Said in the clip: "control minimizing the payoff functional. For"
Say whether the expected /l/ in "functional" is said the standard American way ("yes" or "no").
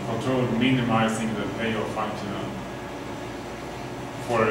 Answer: no